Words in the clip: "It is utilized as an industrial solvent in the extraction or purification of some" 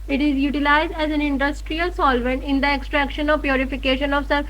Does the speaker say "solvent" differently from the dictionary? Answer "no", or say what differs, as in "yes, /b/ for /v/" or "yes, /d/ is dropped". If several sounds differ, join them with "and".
no